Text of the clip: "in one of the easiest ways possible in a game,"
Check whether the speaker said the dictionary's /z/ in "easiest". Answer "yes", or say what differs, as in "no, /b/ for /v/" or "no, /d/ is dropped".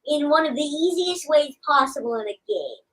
yes